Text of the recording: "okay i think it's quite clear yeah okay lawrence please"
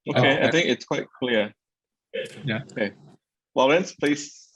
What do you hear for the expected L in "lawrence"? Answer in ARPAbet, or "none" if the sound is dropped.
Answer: W